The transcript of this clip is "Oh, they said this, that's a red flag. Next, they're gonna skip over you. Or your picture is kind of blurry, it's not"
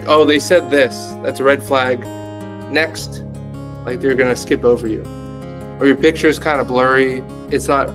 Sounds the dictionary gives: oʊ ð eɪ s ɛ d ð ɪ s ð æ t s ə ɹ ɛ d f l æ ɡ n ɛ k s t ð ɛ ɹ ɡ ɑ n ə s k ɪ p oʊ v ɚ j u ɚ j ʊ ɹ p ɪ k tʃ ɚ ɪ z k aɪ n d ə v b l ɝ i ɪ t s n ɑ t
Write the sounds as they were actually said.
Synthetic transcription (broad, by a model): oʊ ð eɪ s ɛ d ð ɪ s ð æ t s ə ɹ ɛ d f l æ ɡ n ɛ k s t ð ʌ ɹ ɡ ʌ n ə s k ɪ p oʊ v ɚ j u ɚ j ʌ ɹ p ɪ k tʃ ɚ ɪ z k aɪ n d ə b l ɝ i ɪ t s n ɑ t